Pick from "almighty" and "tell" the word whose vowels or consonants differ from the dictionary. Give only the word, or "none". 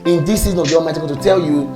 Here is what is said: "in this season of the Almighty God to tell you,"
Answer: almighty